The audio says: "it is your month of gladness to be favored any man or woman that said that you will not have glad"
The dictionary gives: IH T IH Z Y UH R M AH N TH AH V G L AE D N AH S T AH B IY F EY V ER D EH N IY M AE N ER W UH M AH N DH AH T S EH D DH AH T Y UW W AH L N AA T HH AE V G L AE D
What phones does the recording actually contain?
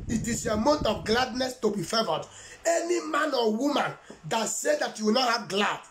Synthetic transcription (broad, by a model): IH T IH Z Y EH M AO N T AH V G L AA D N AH S T AH B IY F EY V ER D EH N IY M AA N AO W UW M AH N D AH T S EH D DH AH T Y UW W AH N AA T HH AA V G L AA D